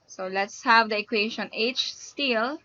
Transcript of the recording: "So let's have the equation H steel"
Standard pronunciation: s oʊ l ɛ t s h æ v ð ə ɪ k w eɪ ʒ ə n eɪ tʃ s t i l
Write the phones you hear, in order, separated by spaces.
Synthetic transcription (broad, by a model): s oʊ l ɛ t s h æ v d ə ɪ k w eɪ ʃ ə n eɪ tʃ s t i l